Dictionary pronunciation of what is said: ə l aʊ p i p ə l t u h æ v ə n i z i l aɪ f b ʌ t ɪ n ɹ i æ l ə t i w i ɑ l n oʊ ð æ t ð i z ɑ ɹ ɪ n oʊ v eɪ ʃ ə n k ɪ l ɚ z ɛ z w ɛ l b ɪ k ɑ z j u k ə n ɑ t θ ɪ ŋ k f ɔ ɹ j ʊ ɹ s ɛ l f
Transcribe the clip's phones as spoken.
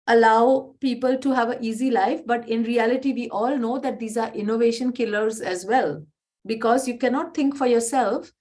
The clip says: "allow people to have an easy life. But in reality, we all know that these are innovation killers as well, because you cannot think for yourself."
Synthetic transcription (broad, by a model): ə l aʊ p i p ə l t u h æ v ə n i z i l aɪ f b ʌ t ɪ n ɹ i æ l ə t i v i ɑ l n oʊ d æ t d i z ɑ ɹ ɪ n oʊ v eɪ ʃ ə n k ɪ l ɚ z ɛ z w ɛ l b ɪ k ɑ z j u k ə n ɑ t t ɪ ŋ k f ɔ ɹ j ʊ ɹ s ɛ l f